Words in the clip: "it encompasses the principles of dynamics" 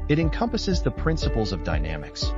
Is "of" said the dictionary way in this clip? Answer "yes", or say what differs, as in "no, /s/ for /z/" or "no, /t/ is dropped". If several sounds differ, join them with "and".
yes